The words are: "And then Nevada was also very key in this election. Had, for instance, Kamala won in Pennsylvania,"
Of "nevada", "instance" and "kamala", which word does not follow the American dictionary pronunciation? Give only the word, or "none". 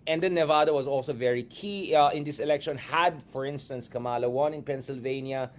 none